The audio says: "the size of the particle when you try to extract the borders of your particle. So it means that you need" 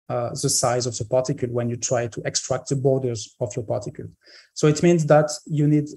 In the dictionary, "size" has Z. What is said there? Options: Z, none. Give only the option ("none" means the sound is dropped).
Z